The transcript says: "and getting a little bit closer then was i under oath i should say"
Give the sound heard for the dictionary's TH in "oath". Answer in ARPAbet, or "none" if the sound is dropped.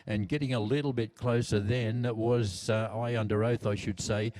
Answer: TH